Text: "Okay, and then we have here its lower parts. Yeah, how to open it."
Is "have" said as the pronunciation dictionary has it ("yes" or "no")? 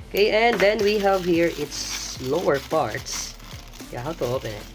yes